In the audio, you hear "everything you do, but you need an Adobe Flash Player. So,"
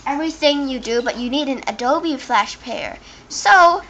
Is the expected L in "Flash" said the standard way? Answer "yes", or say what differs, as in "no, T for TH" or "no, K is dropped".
yes